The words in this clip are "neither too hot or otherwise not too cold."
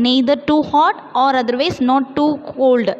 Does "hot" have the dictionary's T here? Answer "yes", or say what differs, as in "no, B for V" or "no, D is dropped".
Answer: yes